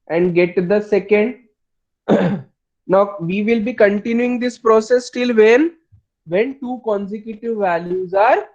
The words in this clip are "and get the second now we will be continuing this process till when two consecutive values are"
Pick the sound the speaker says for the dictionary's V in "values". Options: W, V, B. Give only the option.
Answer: V